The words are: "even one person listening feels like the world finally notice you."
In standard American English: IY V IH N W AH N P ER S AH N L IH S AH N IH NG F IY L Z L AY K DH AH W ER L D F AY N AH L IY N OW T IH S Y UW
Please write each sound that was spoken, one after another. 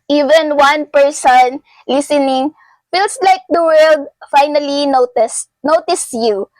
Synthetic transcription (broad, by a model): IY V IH N W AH N P ER S AH N L IH S AH N IH NG F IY L S L AY K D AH W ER L D F AY N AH L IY N OW T IH S Y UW